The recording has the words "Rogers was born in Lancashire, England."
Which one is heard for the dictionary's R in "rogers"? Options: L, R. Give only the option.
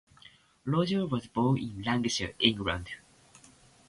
L